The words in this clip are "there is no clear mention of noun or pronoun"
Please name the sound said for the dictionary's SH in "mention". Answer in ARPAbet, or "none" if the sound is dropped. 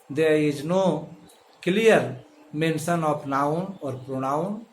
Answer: S